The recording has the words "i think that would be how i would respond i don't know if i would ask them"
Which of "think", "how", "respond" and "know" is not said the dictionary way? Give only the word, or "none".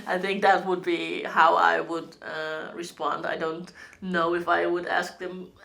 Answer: none